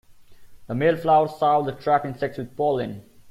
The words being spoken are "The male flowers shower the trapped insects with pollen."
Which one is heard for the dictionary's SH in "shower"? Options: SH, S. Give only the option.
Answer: S